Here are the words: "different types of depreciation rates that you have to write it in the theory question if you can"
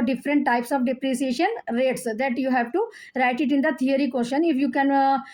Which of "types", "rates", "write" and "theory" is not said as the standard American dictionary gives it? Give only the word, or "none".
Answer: theory